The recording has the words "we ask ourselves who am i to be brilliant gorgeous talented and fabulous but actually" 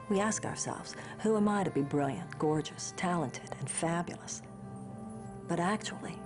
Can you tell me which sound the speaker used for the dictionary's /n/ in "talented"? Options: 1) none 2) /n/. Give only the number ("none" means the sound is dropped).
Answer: 2